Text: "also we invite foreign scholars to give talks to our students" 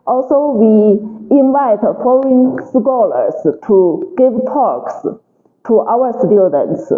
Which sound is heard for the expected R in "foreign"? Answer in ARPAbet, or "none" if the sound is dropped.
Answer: L